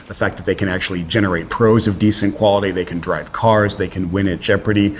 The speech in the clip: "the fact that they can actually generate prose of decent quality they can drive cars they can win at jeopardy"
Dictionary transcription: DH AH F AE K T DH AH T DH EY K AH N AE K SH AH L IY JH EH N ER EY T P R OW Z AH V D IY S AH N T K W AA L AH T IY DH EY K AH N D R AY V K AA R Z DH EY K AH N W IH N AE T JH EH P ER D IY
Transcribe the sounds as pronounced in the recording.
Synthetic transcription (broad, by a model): DH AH F AE K DH AH T DH EY K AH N AE K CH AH L IY JH EH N ER EY T P R OW Z AH V D IY S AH N K W AA L AH T IY DH EY K AH N D R AY V K AA R Z DH EY K AH N W IH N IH T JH EH P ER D IY